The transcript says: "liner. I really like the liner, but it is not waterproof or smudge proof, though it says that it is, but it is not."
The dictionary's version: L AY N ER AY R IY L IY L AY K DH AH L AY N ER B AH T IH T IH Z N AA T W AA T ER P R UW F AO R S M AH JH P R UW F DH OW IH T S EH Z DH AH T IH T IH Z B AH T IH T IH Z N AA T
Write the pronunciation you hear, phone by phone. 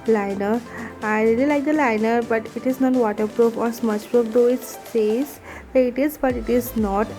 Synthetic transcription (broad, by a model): L AY N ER AY R IY L IY L AY K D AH L AY N ER B AH T IH T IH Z N AA T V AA T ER P R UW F AO R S M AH CH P R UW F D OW IH T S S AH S IH T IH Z B AH T IH T IH Z N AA T